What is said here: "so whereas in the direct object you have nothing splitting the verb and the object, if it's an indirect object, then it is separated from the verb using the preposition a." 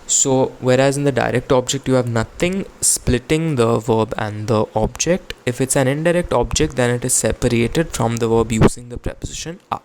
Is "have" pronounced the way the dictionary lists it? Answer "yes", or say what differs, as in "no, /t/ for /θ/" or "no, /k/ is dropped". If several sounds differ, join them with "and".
yes